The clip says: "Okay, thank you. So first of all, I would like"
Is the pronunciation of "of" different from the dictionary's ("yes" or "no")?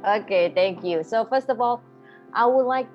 no